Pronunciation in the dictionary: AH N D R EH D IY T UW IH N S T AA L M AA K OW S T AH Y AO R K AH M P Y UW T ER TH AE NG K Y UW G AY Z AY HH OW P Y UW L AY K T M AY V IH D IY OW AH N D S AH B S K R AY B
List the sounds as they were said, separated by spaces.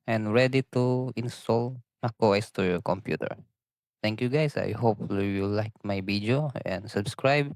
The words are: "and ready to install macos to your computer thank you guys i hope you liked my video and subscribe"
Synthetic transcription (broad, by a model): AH N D R EH D IY T UW IH N S T AA L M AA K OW S T AH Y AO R K AH M P Y UW T ER T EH NG K Y UW G AY S AY HH OW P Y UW L AY K M AY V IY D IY OW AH N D S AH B S K R AY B